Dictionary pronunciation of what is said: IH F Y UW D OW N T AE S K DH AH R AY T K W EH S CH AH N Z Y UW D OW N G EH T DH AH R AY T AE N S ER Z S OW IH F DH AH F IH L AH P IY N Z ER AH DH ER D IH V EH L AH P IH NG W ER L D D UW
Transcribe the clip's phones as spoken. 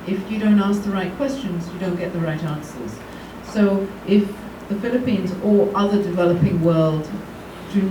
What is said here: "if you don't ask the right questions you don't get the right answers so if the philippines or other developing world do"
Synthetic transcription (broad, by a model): IH F Y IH D OW N T AE S K DH AH R AY T K W EH S CH AH N Z Y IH D OW N G EH T DH AH R AY T AE N S ER Z S OW IH F DH AH F IH L AH P IY N Z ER AH DH ER D IH V EH L AH P IH NG W ER L D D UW